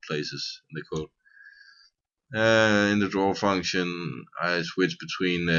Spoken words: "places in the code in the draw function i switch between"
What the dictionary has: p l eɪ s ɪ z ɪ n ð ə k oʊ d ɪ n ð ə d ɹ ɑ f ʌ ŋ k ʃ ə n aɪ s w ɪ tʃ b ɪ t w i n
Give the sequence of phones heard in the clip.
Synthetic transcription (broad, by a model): p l eɪ s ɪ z ɪ n ð ə k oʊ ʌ ɪ n ð ə d ɹ ɑ f ʌ ŋ k ʃ ə n aɪ s w ɪ tʃ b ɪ t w i n